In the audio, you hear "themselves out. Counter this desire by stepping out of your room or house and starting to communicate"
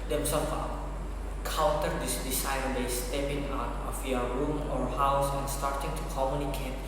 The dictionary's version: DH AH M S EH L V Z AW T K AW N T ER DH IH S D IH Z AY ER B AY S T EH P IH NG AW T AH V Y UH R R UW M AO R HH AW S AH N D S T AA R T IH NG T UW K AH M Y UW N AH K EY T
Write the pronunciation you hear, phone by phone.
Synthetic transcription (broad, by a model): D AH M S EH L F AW K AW L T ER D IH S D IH S AY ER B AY S T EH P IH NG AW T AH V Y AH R R UW M AO R HH AW S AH N S T AA R T IH NG T UW K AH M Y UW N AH K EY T